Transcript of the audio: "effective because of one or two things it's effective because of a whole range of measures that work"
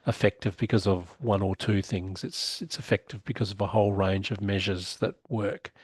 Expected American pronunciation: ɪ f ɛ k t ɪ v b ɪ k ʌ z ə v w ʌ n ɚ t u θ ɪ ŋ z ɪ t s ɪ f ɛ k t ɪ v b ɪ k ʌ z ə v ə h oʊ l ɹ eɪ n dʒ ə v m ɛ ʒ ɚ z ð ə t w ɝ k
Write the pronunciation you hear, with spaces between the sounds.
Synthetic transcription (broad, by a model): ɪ f ɛ k t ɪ v b ɪ k ʌ z ə v w ʌ n ɚ t u θ ɪ ŋ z ɪ t s ɪ f ɛ k t ɪ v b ɪ k ʌ z ə v ə h oʊ l ɹ eɪ n dʒ ə v m ɛ ʒ ɚ z ð ə t w ɝ k